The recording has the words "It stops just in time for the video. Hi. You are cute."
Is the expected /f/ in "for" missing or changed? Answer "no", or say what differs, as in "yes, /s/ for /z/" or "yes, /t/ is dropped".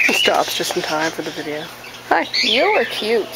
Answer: no